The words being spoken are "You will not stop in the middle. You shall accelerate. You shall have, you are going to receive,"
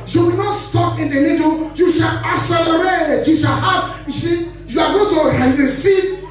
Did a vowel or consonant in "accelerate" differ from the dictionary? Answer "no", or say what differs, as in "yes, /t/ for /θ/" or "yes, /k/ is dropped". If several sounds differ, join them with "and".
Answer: yes, /k/ is dropped